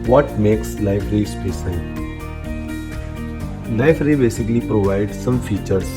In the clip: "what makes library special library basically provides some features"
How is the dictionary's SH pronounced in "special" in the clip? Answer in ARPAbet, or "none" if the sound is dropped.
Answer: S